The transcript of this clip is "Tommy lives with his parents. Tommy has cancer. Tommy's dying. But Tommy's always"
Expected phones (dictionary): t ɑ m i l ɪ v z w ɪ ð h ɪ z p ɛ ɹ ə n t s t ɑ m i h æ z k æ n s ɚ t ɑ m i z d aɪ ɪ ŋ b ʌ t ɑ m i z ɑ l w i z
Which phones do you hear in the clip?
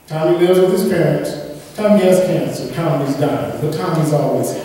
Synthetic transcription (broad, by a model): t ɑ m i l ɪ z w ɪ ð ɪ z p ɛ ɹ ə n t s t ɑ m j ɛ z k æ n s ɚ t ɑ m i z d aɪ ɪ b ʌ t ɑ m i z ɑ l w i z